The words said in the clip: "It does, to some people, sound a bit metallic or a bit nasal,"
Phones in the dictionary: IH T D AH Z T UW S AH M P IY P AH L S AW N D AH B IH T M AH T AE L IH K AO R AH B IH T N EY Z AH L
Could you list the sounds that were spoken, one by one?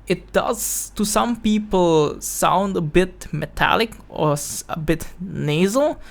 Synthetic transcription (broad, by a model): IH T D AH Z T UW S AH M P IY P AH L S AW N D AH B IH T M AH T AE L IH K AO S AH B IH T N EY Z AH L